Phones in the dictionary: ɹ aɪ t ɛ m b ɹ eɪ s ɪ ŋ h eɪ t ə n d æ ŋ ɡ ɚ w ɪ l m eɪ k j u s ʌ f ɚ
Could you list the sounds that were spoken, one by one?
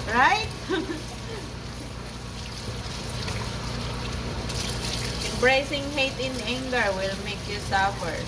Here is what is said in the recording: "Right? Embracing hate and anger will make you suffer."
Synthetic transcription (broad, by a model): ɹ aɪ t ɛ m b ɹ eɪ s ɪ ŋ h eɪ t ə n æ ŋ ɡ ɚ w ɪ l m eɪ k j u s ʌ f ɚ